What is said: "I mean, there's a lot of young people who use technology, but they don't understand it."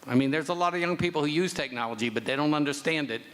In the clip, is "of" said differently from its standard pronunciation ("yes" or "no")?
no